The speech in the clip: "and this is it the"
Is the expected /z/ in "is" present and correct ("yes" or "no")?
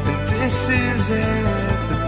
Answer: yes